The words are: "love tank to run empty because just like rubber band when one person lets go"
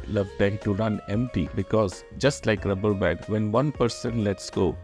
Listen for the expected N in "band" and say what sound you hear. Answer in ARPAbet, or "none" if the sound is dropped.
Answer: none